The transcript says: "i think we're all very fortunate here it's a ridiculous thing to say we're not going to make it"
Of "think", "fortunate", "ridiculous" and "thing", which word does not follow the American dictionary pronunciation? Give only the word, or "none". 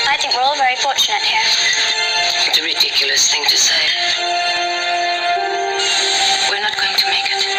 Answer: none